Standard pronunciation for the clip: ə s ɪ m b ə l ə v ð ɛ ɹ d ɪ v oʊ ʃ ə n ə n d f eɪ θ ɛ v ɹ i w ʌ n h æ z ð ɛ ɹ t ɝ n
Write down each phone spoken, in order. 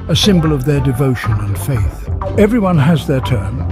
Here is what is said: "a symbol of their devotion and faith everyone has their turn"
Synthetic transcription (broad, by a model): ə s ɪ m b ə l ə v ð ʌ ɹ d ɪ v oʊ ʃ ə n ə n f eɪ θ ɛ v ɹ i w ʌ n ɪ z ð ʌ ɹ t ɝ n